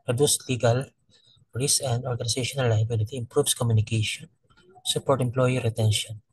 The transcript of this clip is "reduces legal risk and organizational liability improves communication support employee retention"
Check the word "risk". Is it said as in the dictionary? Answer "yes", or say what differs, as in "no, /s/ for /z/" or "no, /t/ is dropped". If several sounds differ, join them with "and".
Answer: no, /k/ is dropped